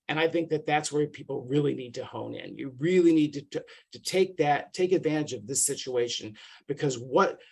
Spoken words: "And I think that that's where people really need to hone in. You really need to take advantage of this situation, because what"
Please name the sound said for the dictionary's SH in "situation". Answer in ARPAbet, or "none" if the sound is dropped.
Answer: SH